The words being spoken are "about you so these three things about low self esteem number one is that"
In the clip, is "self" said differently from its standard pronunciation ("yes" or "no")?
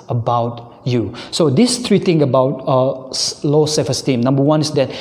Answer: yes